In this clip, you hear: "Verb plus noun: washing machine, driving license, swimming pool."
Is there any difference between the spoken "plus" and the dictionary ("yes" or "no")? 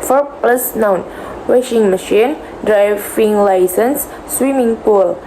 no